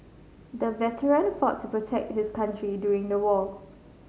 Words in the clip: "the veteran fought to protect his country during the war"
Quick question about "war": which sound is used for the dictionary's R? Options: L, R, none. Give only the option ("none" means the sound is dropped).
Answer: L